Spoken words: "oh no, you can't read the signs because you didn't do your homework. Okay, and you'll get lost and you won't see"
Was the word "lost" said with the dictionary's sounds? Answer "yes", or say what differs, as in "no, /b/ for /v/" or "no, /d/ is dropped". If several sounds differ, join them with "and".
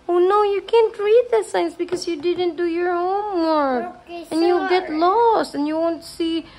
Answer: yes